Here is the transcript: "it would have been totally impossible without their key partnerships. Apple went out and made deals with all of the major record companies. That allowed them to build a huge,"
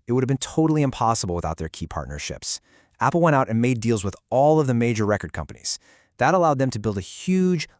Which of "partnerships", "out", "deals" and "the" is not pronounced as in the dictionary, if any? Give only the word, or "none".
none